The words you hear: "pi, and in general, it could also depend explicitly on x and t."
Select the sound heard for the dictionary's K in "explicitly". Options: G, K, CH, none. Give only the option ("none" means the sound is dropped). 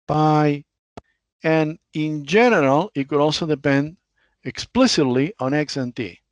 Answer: K